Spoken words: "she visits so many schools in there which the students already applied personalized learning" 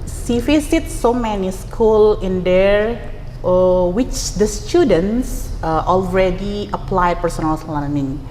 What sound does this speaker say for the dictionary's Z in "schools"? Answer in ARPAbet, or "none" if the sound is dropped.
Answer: none